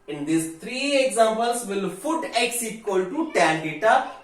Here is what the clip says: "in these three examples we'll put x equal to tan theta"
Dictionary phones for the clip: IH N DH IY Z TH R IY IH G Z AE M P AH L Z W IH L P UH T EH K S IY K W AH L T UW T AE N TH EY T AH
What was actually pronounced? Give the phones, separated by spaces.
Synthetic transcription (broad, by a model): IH N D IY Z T R IY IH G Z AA M P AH L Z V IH L F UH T EH K S IY K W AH L T UW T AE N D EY T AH